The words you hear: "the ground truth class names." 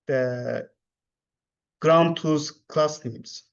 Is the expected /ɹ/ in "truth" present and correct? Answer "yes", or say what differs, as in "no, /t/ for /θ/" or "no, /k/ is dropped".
no, /ɹ/ is dropped